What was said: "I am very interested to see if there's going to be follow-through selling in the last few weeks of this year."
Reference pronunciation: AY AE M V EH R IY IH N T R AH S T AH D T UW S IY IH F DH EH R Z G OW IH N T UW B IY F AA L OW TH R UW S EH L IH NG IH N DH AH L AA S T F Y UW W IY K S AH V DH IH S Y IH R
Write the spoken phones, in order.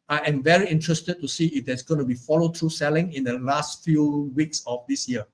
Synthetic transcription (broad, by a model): AY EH M V EH R IY IH N T R AH S T AH D T UW S IY IH F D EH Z G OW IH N T UW B IY F AA L OW T R UW S EH L IH NG IH N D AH L AA S T F Y UW W IY K S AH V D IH S Y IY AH